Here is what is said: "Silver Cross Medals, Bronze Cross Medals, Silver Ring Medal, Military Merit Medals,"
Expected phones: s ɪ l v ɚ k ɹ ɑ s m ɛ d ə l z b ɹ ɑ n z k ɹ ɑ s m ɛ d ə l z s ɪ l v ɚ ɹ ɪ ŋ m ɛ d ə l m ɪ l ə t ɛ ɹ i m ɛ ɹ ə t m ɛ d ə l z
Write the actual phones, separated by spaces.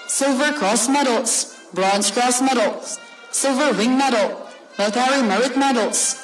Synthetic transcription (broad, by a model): s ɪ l v ɚ k ɹ ɑ s m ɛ d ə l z b ɹ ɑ n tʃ k ɹ ɑ s m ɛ d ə l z s ɪ l v ɚ w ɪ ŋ m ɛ d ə l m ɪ ə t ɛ ɹ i m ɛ ɹ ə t m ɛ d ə l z